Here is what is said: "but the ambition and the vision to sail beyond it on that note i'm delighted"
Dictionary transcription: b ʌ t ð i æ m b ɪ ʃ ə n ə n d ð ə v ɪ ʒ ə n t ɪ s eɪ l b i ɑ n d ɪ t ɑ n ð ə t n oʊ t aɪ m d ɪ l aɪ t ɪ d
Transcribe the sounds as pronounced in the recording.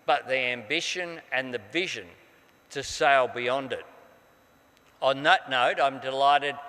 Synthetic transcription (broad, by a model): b ʌ t ð i æ m b ɪ ʃ ə n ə n ð ə v ɪ ʒ ə n t ɪ s eɪ l b i ɑ n d ɪ t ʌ n ð ə t n oʊ t aɪ m d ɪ l aɪ t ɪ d